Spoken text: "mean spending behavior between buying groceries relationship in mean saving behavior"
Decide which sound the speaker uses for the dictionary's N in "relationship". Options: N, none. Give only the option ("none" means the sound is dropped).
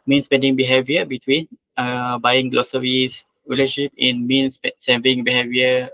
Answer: none